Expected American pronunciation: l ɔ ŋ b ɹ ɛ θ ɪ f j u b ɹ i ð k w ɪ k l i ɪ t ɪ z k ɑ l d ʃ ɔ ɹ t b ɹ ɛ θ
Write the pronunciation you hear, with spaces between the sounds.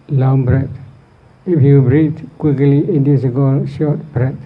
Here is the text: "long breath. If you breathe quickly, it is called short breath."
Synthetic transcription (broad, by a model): l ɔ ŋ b ɹ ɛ t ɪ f j u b ɹ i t k w ɪ k l i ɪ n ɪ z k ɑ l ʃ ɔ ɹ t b ɹ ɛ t